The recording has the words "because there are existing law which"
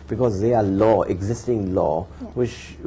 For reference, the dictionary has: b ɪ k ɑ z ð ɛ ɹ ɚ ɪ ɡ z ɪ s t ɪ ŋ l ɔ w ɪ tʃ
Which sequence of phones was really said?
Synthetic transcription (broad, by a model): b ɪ k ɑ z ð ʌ l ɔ ɪ ɡ z ɪ s t ɪ ŋ l ɔ w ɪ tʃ